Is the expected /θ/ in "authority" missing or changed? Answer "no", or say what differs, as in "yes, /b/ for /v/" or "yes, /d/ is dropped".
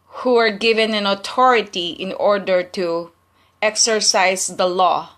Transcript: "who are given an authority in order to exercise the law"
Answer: yes, /t/ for /θ/